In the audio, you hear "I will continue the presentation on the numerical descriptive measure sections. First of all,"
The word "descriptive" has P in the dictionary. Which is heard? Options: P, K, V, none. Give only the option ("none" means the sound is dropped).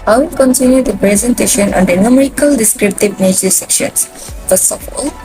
P